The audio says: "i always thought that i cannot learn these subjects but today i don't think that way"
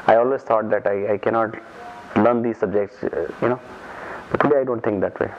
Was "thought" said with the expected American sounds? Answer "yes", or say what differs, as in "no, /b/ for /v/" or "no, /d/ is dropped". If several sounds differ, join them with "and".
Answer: no, /t/ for /θ/